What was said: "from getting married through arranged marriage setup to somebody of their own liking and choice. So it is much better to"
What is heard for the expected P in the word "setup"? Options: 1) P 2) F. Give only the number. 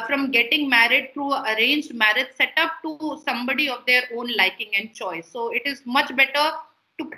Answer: 1